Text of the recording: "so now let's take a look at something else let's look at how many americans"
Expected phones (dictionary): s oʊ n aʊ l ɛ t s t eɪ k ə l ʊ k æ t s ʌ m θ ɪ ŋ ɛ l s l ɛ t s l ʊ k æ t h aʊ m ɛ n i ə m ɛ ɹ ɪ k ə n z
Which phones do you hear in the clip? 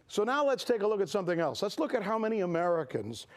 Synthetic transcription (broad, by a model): s oʊ n aʊ l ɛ t s t eɪ k ə l ʊ k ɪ t s ʌ m θ ɪ ŋ ɛ l s l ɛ t s l ʊ k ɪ t h aʊ m ɛ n i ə m ɛ ɹ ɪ k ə n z